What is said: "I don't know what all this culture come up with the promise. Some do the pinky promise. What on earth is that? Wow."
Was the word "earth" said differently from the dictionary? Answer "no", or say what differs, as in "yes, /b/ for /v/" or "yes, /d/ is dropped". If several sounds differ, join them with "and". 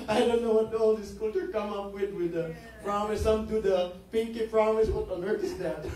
yes, /t/ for /θ/